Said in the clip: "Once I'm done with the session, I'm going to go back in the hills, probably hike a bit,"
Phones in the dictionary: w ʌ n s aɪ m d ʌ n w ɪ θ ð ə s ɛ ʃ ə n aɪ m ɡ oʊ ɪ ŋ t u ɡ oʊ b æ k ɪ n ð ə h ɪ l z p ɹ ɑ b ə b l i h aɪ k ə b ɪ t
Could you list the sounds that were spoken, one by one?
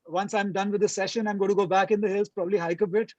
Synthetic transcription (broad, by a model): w ʌ n s aɪ m d ʌ n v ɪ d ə s ɛ ʃ ə n aɪ m ɡ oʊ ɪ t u ɡ oʊ b æ k ɪ n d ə h ɪ l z p ɹ ɑ b ə b l i h aɪ k ə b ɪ t